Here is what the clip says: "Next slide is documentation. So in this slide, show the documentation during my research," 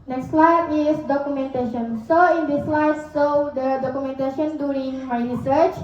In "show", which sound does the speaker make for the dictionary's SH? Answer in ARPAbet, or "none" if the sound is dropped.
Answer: S